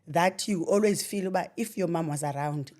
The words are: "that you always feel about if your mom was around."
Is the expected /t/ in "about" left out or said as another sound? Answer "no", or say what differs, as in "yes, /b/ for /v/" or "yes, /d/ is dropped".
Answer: yes, /t/ is dropped